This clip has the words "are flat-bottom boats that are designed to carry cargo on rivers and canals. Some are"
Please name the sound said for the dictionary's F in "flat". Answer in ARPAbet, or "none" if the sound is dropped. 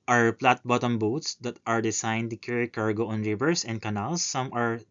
P